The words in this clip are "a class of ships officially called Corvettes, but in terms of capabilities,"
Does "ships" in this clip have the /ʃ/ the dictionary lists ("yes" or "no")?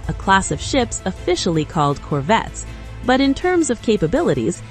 yes